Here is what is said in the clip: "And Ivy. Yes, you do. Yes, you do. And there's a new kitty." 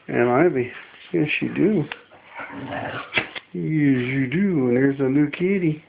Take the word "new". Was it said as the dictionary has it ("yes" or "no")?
no